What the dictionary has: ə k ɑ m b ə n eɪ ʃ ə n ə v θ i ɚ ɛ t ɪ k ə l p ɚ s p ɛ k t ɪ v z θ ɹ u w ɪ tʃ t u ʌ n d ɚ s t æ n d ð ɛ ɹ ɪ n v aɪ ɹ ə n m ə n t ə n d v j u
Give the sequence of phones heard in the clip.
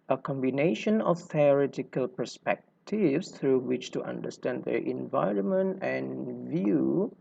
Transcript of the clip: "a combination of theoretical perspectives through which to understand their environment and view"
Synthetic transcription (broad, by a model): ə k ɑ m b ə n eɪ ʃ ə n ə f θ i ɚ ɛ t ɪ k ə l p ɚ s p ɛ k t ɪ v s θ ɹ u w ɪ tʃ t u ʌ n d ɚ s t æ n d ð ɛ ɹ ɪ n v aɪ ɹ ə n m ə n t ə n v j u